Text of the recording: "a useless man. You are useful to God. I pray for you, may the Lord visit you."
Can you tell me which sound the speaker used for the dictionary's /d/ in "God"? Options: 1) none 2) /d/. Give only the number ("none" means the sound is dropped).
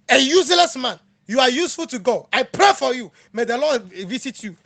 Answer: 1